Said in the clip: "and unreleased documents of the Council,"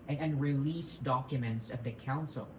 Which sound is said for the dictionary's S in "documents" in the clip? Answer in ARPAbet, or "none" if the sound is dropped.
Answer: S